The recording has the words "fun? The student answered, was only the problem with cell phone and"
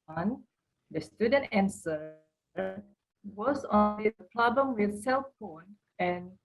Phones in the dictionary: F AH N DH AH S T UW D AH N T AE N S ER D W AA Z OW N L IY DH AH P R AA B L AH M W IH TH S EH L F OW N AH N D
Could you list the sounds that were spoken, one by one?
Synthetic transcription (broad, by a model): N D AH S T UW D AH N T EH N S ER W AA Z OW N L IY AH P L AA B AH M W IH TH S EH L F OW N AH N